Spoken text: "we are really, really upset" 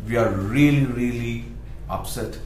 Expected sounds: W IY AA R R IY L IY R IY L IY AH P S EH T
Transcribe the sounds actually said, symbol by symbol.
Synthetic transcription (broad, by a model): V IY AA R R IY L IY R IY L IY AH P S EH T